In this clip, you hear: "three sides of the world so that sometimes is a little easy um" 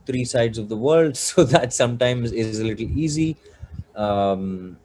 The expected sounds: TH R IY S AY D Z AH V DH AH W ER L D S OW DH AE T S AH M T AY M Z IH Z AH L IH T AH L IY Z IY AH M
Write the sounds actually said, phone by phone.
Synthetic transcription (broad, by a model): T R IY S AY D Z AH V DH AH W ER L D S OW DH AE T S AH M T AY M Z IH Z AH L IH T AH L IY Z IY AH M